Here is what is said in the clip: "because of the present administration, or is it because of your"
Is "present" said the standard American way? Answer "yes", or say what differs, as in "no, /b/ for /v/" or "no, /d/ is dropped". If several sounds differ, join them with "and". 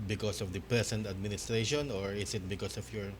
no, /s/ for /z/